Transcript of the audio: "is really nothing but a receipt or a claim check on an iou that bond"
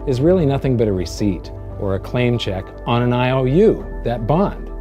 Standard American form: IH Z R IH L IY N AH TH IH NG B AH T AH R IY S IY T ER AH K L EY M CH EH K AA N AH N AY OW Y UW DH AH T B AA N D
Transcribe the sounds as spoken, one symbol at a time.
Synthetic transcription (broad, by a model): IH Z R IH L IY N AH TH IH NG B AH T AH R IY S IY T ER AH K L EY M CH EH K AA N AH N AY OW Y UW DH AH T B AA N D